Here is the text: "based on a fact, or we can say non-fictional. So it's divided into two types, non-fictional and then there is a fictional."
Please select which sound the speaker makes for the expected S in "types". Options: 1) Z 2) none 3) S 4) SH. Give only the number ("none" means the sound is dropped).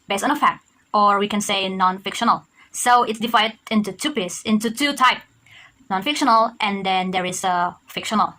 2